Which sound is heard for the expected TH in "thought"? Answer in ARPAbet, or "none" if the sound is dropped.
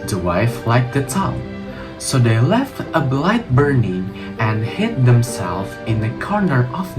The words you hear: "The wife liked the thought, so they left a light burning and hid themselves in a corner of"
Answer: T